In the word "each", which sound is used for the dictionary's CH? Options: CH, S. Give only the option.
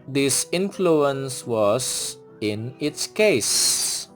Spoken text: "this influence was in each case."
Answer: S